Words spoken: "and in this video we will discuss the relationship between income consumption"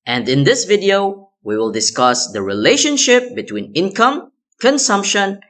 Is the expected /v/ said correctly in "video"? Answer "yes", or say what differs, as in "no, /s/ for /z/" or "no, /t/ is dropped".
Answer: yes